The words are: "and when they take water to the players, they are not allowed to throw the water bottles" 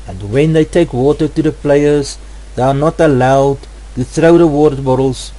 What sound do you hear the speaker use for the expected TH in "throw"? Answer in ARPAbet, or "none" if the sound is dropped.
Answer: TH